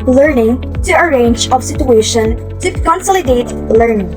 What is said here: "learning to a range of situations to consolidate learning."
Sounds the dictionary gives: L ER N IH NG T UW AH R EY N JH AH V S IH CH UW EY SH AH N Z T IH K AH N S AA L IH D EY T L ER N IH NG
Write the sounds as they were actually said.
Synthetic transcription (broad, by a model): L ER N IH NG T UW AH R EY N JH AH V S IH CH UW EY SH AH N T IH K AH N S AA L IH D EY T L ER N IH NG